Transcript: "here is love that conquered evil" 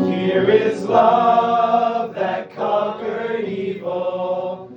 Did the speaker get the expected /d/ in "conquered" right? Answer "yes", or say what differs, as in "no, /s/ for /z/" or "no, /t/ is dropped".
no, /d/ is dropped